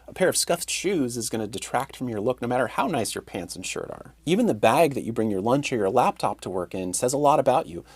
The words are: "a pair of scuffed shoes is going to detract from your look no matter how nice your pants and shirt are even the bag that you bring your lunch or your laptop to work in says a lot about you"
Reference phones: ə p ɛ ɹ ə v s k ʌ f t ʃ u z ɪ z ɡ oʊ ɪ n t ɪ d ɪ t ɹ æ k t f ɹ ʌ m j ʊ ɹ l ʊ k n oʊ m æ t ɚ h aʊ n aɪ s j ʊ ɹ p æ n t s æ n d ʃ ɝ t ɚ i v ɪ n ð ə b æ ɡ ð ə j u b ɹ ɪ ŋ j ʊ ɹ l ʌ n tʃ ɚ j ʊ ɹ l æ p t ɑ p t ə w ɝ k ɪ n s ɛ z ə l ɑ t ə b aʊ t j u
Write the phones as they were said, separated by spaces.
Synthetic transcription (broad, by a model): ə p ɛ ɹ ə v s k ʌ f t ʃ u z ɪ z ɡ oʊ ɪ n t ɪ d ɪ t ɹ æ k t f ɹ ʌ m j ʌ ɹ l ʊ k n oʊ m æ t ɚ h aʊ n aɪ s j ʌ ɹ p æ n t s n ʃ ɝ t ɚ i v ɪ n ð ə b æ ɡ ð ə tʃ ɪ b ɹ ɪ ŋ j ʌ ɹ l ʌ n tʃ ɚ j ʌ ɹ l æ p t ɑ p t ə w ɝ k ɪ n s ɛ z ə l ɑ t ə b aʊ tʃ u